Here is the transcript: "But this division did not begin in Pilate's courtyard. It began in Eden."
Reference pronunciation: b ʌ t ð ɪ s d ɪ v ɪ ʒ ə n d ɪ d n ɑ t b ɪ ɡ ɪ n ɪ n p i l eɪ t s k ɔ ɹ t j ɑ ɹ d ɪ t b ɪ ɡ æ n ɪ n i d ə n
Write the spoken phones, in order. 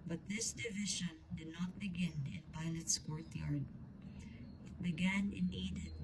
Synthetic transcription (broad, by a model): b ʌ t ð ɪ s d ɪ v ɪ ʃ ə n d ɪ d n ɑ t b ɪ ɡ ɪ n ɪ n p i l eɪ t s k ɔ ɹ t j ɑ ɹ d ɪ t b ɪ ɡ æ n ɪ n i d